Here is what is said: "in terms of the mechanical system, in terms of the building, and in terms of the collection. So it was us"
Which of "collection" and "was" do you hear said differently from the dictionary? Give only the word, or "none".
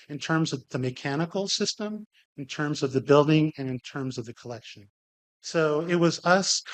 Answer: none